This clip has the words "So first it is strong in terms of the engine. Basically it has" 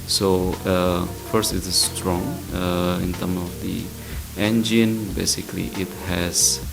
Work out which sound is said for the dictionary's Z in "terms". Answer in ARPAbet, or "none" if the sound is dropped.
none